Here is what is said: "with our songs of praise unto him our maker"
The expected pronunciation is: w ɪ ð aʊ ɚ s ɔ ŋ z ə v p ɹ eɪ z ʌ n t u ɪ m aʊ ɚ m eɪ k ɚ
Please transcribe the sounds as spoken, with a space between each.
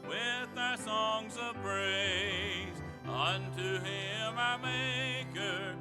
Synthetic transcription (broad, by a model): w ɪ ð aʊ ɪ s ɔ ŋ z ə v b ɹ eɪ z ʌ n t u ɪ m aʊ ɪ m eɪ k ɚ